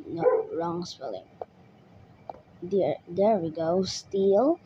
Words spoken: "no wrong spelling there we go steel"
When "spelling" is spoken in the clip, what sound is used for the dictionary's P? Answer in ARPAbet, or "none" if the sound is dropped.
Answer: F